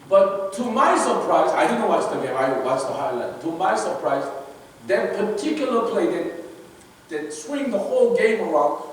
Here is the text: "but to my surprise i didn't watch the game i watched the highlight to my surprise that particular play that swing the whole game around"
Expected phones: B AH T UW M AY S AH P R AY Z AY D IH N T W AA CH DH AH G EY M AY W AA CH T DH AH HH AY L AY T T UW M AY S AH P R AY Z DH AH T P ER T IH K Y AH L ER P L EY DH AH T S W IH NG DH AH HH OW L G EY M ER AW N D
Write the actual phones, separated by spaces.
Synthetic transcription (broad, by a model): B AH T UW M AY S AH P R AY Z AY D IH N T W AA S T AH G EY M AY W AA S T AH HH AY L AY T T UW M AY S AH P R AY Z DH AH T P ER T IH K Y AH L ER P L EY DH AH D S W IH NG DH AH HH OW L G EY M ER AW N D